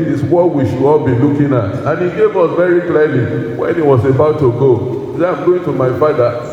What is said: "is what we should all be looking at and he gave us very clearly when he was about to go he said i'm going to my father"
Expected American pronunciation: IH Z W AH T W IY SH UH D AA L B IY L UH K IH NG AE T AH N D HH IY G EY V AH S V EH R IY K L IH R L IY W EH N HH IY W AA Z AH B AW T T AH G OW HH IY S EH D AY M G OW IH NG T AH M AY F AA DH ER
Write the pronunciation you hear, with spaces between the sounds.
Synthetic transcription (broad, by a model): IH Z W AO W IY SH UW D AA L B IY L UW K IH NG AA T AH N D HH IY G EY V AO S V EH R IY K L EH L IY W EH N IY W AA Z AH B AW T T AH G OW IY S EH AY M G OW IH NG T AH M AY F AA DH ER